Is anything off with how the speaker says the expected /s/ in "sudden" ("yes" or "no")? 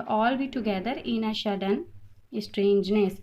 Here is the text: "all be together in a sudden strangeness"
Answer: yes